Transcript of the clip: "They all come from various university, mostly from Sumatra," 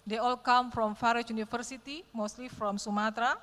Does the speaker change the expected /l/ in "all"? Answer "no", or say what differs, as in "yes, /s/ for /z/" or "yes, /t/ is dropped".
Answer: no